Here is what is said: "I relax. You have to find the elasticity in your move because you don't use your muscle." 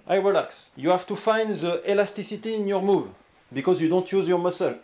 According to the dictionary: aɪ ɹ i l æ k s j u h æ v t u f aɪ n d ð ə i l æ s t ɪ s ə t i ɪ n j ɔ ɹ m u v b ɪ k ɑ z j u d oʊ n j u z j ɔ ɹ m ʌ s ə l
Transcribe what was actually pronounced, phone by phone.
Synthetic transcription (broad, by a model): aɪ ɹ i l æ k s j u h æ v t u f aɪ n d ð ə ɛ l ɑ s t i s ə t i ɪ n j ɔ ɹ m u v b ɪ k ɑ z j u d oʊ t j u z j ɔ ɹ m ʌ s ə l